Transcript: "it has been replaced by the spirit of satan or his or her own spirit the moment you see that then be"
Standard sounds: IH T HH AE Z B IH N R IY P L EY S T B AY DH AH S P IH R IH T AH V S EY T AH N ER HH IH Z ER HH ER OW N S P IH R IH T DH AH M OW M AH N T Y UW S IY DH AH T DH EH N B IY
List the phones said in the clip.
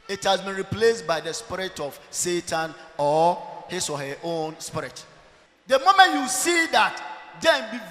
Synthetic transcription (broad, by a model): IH T HH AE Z B IH N R IY P L EY S T B AY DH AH S P IH R IH T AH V S EY T AH N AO HH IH S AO HH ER OW N S P IH R IH T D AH M OW M AH N T Y UW S IY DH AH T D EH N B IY